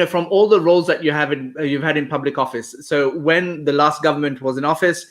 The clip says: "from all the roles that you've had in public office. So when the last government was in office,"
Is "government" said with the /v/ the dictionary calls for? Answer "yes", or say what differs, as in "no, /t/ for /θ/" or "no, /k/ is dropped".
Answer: yes